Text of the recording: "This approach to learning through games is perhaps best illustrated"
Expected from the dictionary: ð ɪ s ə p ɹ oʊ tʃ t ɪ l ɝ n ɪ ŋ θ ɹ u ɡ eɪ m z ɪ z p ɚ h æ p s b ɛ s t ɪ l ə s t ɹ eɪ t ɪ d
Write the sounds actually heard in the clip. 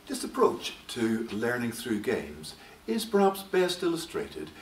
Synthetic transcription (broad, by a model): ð ɪ s ə p ɹ oʊ tʃ t ɪ l ɝ n ɪ ŋ θ ɹ u ɡ eɪ m z ɪ z p ɚ h æ p s b ɛ s t ɪ l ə s t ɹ eɪ t ɪ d